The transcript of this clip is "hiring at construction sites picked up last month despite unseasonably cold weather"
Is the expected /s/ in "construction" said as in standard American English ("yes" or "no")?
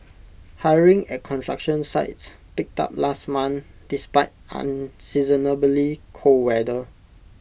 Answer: no